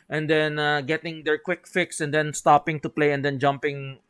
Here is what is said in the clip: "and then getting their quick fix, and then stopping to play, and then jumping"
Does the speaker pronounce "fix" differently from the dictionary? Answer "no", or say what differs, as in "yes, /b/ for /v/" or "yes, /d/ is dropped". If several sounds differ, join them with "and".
no